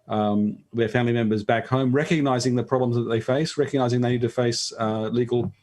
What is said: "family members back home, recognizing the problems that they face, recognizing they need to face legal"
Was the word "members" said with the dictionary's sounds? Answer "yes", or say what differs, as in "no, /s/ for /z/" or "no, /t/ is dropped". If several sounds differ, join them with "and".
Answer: yes